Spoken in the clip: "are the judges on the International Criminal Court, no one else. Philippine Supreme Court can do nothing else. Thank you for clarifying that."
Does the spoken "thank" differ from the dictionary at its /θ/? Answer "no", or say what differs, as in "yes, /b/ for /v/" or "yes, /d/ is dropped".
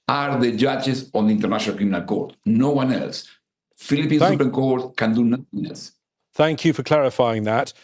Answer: no